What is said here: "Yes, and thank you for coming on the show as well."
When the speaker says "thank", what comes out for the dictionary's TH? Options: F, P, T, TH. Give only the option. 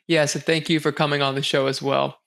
TH